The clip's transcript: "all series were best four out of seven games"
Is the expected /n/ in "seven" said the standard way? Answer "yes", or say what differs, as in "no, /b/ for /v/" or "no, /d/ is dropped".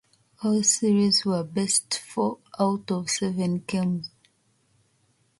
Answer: yes